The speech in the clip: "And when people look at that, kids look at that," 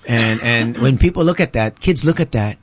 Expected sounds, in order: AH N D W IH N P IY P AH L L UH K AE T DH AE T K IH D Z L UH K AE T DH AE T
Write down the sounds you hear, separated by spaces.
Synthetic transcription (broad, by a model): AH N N W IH N P IY P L L UH K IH T DH AE T K IH D Z L UH K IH T DH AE T